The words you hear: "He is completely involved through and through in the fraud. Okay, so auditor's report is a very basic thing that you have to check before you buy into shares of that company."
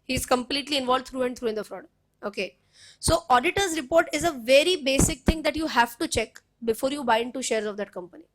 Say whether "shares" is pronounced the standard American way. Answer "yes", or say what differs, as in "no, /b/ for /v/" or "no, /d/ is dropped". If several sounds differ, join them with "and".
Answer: yes